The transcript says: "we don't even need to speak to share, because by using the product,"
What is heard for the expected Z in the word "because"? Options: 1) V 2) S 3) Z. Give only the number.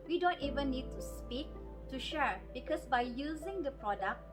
2